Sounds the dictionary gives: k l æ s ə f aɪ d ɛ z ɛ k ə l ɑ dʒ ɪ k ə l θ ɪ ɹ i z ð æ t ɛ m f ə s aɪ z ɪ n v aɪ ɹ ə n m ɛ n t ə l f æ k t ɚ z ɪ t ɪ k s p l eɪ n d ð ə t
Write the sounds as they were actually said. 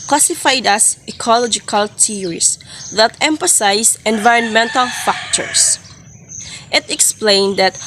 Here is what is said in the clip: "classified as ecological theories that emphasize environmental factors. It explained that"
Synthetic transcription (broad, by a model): k l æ s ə f aɪ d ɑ s ɛ k ə l ɑ dʒ ɪ k ə l t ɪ ɹ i s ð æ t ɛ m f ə s aɪ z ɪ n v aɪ ɹ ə n m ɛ n t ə l f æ k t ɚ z ɪ t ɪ k s p l eɪ n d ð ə t